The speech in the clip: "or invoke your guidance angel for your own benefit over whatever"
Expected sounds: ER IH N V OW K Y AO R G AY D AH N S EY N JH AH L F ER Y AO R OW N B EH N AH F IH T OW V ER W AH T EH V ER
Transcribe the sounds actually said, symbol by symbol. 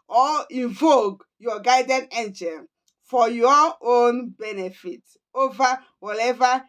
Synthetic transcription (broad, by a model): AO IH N V OW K Y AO G AY D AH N EY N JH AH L F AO Y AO OW N B EH N AH F IH T OW V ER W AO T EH V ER